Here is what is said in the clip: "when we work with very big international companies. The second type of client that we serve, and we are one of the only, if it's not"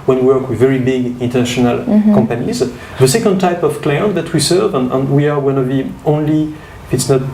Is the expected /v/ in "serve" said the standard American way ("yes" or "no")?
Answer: yes